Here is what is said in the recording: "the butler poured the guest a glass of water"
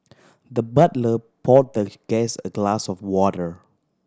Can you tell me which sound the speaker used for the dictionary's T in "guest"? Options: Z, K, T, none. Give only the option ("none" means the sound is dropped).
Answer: none